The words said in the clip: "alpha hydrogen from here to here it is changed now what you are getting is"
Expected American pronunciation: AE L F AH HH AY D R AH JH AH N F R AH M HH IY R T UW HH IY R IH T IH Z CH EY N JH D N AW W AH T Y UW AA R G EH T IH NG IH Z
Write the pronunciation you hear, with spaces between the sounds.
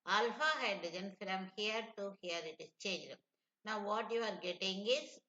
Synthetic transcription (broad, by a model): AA L F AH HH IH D AH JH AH N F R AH M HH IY R T UW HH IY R IH T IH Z CH EY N JH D N AW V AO T Y UW AA R G EH T IH NG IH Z